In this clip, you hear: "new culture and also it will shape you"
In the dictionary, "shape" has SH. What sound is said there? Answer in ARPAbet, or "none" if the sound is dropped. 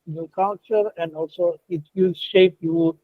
SH